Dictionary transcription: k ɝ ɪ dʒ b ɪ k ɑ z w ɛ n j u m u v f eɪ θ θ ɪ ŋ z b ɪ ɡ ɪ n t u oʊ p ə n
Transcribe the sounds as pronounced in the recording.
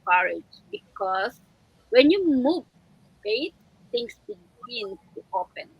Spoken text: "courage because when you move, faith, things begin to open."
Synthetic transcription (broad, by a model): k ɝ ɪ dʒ b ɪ k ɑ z w ɛ n j u m u v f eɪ t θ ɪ ŋ s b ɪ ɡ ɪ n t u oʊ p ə n